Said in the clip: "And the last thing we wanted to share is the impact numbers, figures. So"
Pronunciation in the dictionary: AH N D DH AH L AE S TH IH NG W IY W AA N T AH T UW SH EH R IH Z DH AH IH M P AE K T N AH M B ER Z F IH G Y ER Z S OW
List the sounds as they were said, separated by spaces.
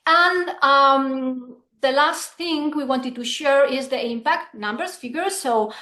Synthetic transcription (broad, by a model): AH N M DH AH L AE S TH IH NG W IY W AA N T AH T UW SH EH R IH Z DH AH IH M P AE K T N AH M B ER S F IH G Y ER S OW